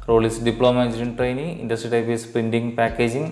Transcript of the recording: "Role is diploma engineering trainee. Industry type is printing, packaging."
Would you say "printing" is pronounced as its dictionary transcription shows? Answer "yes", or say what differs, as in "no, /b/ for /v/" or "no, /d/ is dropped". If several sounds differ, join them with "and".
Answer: no, /ɹ/ is dropped